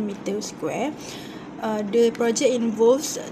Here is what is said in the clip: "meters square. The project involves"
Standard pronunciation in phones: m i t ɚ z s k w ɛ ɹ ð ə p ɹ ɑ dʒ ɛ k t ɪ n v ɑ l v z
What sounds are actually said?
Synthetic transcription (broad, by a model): m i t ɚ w s k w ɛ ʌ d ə p ɹ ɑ dʒ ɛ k ɪ n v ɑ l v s